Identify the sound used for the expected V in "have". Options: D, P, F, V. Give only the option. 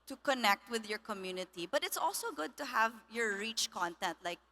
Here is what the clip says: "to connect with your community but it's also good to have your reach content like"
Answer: V